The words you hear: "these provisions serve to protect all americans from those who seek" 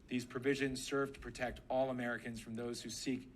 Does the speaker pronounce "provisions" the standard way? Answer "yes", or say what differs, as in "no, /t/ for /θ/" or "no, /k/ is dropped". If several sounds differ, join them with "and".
yes